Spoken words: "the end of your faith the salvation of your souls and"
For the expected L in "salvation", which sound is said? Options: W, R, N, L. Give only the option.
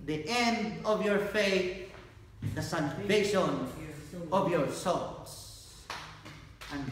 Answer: N